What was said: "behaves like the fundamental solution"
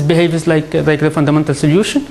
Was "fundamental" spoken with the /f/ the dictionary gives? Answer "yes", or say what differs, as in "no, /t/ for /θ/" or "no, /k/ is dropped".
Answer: yes